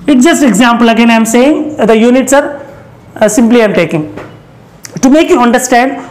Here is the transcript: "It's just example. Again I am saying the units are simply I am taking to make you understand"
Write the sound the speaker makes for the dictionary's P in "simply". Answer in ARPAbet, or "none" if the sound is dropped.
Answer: P